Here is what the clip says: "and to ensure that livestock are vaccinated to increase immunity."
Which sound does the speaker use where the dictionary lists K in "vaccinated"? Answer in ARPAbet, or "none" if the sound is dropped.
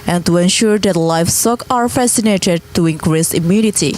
none